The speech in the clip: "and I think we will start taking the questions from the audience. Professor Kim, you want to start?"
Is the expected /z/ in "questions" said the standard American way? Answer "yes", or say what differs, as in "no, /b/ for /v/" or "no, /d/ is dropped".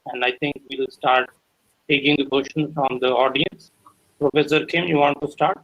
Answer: no, /z/ is dropped